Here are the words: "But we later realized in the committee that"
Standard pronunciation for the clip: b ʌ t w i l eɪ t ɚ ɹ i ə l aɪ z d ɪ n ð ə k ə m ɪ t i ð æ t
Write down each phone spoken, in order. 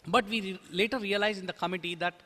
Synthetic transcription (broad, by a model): b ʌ t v i l eɪ t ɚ ɹ i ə l aɪ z ɪ n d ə k ə m ɪ t i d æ t